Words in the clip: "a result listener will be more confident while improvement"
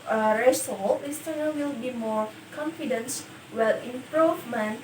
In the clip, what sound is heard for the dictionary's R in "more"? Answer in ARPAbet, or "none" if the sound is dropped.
R